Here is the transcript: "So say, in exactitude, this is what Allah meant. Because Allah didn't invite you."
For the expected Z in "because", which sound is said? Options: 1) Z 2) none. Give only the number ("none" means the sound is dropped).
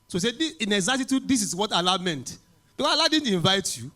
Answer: 2